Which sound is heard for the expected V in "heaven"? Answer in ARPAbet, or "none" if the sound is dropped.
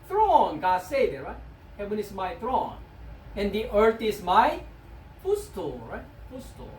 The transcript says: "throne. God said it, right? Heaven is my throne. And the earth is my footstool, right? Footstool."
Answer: W